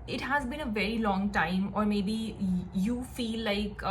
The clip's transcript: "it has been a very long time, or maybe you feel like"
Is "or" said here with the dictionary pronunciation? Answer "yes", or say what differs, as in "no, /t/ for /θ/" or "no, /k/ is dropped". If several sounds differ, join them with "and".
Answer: yes